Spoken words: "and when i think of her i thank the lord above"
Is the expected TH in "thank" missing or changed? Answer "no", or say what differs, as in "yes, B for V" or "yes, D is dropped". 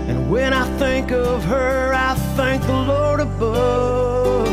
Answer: no